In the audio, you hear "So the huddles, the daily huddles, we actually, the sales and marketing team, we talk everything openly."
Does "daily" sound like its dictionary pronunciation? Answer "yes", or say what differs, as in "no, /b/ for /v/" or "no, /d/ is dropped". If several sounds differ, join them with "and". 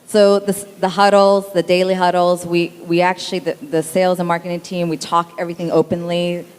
yes